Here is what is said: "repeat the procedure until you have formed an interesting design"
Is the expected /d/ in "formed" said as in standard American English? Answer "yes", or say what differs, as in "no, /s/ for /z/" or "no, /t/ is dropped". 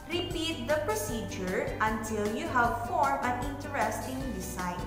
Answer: no, /d/ is dropped